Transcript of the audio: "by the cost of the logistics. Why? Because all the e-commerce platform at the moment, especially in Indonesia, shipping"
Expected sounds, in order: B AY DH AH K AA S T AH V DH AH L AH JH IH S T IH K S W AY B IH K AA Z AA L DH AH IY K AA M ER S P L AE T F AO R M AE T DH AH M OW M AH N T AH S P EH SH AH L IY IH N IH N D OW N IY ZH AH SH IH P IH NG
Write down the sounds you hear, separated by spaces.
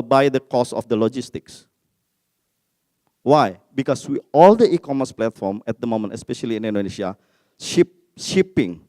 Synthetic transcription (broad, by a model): B AY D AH K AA S AH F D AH L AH JH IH S T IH K S W AY B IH K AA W AA L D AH IY K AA M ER S P L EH T F AO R M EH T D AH M OW M AH N T AH S P EH SH AH L IY IH N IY N D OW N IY SH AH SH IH P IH NG